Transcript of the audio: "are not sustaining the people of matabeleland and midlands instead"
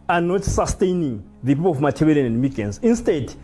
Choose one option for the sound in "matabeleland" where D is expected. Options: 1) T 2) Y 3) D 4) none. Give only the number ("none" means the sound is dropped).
4